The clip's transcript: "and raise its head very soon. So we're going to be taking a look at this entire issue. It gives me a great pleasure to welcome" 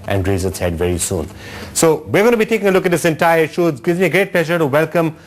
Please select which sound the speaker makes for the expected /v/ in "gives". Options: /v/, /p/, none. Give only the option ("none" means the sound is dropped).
none